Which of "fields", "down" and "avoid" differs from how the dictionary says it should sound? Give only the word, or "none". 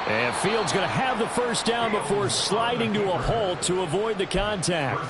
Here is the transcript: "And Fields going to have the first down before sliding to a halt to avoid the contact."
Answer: none